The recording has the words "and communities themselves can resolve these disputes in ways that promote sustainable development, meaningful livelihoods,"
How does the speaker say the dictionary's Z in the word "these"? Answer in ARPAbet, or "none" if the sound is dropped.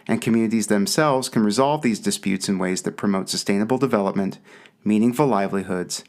Z